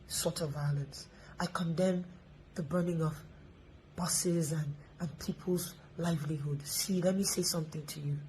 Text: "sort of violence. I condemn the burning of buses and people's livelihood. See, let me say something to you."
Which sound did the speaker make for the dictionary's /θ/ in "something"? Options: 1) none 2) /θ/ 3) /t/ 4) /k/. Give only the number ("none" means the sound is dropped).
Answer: 2